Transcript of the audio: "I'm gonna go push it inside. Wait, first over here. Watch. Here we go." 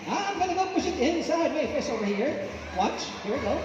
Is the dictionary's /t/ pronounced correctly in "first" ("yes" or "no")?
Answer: no